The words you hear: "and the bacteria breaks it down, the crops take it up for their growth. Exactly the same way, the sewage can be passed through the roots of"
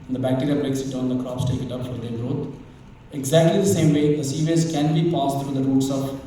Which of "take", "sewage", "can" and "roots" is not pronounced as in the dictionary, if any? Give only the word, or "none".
sewage